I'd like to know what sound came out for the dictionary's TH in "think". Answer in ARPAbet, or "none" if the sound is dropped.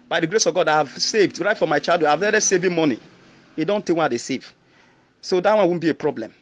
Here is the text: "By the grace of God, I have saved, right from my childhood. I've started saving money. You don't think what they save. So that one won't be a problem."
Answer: T